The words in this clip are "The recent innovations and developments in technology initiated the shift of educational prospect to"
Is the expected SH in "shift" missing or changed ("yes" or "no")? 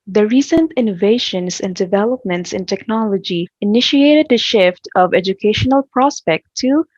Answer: no